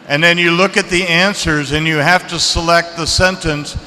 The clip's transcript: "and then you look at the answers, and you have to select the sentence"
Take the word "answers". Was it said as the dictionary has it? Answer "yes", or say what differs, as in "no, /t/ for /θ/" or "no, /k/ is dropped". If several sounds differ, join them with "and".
yes